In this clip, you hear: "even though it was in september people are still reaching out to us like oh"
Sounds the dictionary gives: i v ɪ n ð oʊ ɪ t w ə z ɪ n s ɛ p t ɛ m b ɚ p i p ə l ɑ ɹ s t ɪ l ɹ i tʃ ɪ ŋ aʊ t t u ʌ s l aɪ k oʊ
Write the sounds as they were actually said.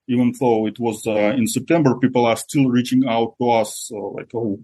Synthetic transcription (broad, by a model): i v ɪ n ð oʊ ɪ t w ə z ɪ n s ɛ p t ɛ m b ɚ p i p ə l ɑ ɹ s t ɪ l ɹ i tʃ ɪ ŋ aʊ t t u ʌ s l aɪ k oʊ